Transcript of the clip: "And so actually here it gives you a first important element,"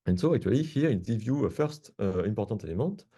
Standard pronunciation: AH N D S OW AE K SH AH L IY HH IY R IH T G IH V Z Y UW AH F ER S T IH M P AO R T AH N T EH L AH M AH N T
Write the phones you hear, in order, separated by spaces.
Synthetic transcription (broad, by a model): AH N S OW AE K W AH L IY HH IY R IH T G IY V Y UW AH F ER S T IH M P AO R T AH T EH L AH M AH T